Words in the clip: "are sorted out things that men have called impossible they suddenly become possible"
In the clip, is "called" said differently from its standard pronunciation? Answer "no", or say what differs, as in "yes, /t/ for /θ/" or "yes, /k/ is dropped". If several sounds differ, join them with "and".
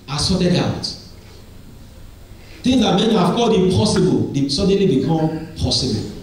yes, /l/ is dropped